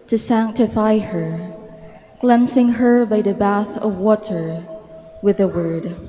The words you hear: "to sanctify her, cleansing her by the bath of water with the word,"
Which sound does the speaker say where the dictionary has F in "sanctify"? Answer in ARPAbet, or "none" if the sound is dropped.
F